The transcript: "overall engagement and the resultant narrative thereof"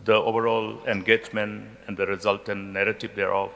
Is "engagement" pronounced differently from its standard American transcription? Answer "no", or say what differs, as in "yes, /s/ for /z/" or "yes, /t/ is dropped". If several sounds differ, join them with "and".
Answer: yes, /t/ is dropped